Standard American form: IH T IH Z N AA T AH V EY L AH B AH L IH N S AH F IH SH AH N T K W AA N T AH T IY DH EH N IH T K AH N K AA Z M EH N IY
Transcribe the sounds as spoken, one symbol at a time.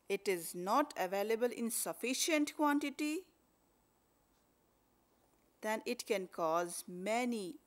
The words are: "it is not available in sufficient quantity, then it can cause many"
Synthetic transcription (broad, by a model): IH T IH Z N AA T AH V EY L AH B AH L IH N S AH F IH SH AH N T K W AA N T AH T IY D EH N IH T K AH N K AA Z M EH N IY